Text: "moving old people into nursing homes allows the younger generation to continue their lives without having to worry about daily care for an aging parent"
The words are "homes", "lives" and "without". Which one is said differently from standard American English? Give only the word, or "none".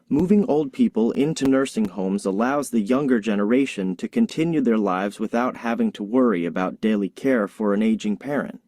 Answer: none